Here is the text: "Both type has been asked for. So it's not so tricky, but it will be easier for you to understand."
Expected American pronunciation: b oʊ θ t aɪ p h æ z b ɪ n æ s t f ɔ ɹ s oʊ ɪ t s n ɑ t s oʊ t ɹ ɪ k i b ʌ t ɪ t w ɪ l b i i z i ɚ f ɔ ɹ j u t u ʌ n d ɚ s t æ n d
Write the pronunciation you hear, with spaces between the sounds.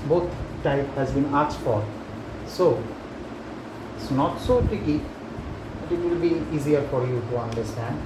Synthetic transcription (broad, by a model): b oʊ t t aɪ p h æ z b ɪ n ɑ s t f ɔ ɹ s oʊ ɪ t s n ɑ t s oʊ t ɪ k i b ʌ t ɪ t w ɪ l b i i z i ɚ f ɔ ɹ j u t u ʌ n d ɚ s t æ n d